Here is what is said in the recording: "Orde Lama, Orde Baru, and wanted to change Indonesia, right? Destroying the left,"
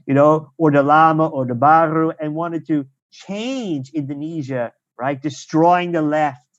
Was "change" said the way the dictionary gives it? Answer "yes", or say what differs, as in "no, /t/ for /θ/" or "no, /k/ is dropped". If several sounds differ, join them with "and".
yes